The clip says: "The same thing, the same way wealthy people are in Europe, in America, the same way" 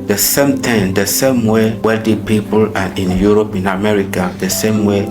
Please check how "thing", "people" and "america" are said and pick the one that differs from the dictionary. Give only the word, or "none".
thing